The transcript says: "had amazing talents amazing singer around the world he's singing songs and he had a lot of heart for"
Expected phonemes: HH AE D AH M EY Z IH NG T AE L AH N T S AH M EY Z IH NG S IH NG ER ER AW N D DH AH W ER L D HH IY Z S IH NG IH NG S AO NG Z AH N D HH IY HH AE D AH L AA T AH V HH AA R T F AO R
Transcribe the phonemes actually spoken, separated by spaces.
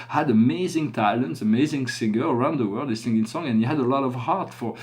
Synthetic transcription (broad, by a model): HH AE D AH M EY Z IH NG T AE L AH N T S AH M EY Z IH NG S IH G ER ER AW N D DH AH W ER L D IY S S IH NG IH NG S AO NG AH N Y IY HH AE D AH L AA T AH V HH AA R T F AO R